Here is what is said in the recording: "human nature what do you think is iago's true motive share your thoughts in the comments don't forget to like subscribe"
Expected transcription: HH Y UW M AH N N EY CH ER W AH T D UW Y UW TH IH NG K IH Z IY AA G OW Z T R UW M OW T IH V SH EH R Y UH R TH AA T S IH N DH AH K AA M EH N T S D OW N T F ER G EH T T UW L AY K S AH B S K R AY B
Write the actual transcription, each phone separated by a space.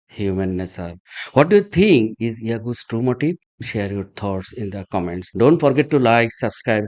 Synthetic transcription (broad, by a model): HH Y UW M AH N N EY S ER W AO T D UW Y UW T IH NG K IH Z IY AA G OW S T R UW M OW T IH SH EH R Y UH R T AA T S IH N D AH K AA M EH N T S D OW N T F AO G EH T T UW L AY K S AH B S K R AY B